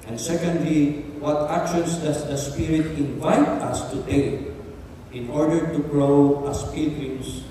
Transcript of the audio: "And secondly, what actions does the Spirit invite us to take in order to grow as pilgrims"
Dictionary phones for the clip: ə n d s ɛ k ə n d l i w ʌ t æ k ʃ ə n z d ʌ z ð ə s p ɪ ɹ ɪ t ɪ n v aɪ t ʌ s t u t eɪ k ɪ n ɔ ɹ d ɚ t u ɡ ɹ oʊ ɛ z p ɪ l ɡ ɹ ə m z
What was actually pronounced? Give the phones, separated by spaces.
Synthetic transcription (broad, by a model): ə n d s ɛ k ə n d l i w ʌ t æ k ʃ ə n s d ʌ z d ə s p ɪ ɹ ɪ t ɪ n v aɪ t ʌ s t u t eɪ ɪ n ɔ ɹ d ɚ t u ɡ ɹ oʊ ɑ s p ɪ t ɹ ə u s